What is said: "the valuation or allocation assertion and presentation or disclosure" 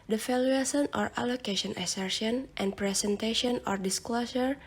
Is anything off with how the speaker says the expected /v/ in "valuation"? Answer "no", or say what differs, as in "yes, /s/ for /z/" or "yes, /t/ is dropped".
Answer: yes, /f/ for /v/